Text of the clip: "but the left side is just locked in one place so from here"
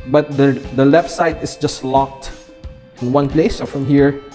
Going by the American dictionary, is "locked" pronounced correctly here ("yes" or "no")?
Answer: yes